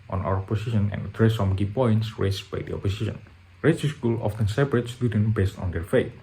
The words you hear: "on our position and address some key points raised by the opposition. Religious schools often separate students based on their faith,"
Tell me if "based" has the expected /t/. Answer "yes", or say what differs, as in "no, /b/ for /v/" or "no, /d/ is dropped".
yes